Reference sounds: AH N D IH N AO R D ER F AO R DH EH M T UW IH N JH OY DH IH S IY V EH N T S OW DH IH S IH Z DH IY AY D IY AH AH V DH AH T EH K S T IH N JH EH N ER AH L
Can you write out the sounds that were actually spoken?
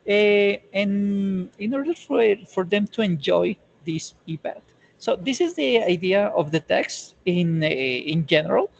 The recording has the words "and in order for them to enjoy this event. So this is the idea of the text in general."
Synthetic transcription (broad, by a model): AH N IH N AO R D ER F AO R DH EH M T UW IH N JH OY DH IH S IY P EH T S OW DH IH S IH Z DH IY AY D IY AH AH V DH AH T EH K S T IH N JH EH N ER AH L